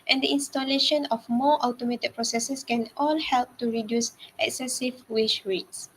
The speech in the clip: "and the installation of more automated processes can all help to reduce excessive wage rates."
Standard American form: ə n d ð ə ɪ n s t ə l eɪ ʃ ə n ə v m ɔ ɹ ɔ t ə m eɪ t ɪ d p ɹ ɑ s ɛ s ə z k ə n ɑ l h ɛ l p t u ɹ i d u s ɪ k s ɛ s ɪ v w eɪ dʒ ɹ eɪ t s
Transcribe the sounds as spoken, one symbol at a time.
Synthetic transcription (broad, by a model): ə n d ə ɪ n s t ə l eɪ ʃ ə n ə f m ɔ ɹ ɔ t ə m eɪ t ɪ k p ɹ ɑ s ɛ s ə s k ə n ɑ l h ɛ l p t u ɹ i d u s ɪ k s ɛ s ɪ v w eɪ ʃ ɹ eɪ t s